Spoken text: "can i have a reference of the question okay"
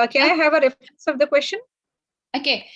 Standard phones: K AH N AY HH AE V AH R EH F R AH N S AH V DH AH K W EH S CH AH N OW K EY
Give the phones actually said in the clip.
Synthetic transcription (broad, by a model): K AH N AY HH AE V AH R EH F R AH N S AH V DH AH K W EH S CH AH N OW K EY